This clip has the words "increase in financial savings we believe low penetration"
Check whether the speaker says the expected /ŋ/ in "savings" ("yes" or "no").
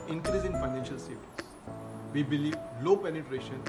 no